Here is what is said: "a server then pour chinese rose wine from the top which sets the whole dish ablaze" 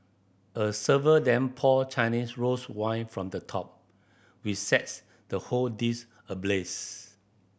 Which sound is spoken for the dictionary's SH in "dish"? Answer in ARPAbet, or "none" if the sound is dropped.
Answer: S